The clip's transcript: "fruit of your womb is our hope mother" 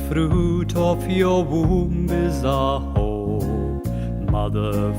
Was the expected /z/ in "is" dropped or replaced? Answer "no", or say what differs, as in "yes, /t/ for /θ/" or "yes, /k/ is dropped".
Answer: no